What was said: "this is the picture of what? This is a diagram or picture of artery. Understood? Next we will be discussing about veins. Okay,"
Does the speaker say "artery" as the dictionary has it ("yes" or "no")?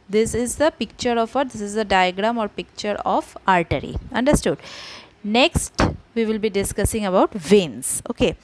yes